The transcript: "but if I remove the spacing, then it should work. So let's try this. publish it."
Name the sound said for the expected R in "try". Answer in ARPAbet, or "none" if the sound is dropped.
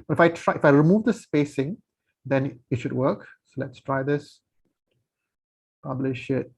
R